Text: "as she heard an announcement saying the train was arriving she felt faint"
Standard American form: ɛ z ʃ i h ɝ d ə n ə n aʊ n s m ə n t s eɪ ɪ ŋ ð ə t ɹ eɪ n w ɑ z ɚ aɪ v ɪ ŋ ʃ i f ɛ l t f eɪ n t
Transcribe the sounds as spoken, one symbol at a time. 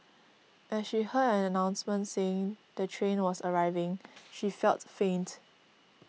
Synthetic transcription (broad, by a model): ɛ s ʃ i h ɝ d ə n ə n aʊ n s m ə n t s eɪ ɪ ŋ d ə t ɹ eɪ n w ɑ s ɚ aɪ v ɪ ŋ ʃ i f ɛ l t f eɪ n t